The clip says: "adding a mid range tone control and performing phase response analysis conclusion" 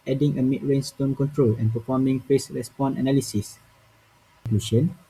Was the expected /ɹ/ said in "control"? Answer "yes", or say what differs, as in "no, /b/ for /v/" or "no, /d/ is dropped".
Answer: yes